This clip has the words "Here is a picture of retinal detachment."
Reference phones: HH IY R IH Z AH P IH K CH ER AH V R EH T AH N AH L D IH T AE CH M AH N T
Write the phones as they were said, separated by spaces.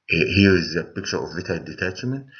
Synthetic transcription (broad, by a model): HH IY R IH Z AH P IH K CH ER AH V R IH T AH AH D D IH T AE CH M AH N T